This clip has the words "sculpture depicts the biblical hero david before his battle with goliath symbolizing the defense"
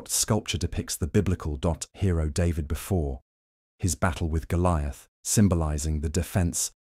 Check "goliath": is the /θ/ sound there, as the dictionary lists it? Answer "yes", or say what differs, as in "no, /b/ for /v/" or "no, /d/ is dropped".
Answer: yes